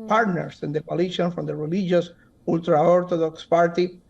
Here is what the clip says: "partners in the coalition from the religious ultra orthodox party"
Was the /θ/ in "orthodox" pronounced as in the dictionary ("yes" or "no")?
no